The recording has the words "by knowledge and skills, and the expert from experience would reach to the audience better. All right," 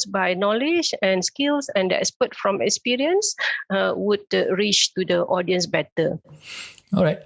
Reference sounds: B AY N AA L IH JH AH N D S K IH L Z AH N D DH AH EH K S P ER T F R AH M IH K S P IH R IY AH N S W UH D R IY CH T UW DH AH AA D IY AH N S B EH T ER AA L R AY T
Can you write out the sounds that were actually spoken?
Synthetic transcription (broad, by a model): B AY N AA L IH JH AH N S K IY L S AH N D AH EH S P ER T F R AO M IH K S P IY R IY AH N S W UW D R IY CH T UW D AH AA D IY AH N S B EH T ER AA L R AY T